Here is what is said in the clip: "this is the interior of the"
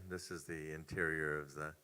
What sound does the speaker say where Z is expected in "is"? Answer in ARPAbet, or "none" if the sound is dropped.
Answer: Z